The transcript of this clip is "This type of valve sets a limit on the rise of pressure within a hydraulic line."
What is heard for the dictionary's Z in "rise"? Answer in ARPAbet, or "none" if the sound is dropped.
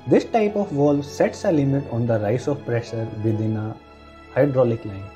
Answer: S